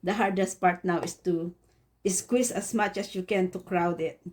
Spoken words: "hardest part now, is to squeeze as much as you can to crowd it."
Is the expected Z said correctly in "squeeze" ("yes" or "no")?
no